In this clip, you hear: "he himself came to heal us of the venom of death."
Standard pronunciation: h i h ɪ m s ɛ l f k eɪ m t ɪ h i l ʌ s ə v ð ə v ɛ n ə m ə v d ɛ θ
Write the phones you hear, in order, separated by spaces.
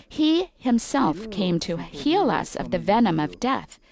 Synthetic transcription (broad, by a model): h i h ɪ m s ɛ l f k eɪ m t ɪ h i l ʌ s ə v ð ə v ɛ n ə m ə v d ɛ θ